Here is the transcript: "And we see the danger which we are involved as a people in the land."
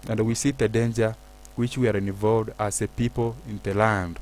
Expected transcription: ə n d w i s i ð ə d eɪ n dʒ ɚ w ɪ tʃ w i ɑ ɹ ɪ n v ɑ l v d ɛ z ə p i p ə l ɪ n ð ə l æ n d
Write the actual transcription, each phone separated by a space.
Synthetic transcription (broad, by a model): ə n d w i s i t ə d eɪ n dʒ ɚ w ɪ tʃ w i ɑ ɹ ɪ n v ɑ v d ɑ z ə p i p ə l ɪ n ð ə l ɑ n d